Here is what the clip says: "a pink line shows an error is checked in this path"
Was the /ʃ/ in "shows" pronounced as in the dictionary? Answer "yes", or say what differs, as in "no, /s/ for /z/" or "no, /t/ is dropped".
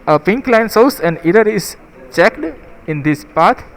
no, /s/ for /ʃ/